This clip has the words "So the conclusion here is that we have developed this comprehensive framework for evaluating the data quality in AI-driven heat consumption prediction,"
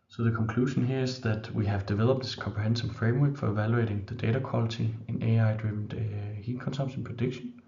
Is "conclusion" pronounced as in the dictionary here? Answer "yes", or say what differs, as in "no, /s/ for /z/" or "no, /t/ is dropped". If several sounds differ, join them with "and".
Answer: no, /ʃ/ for /ʒ/